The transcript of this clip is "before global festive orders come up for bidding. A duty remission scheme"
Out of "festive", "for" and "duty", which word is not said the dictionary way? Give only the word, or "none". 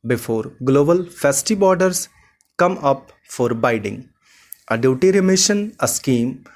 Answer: festive